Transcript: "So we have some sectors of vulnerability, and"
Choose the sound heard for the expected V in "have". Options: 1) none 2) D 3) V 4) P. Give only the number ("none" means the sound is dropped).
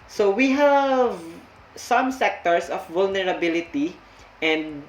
3